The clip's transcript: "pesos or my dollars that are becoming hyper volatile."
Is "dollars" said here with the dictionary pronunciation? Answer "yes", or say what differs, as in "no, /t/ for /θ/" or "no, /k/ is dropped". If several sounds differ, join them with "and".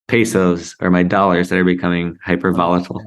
yes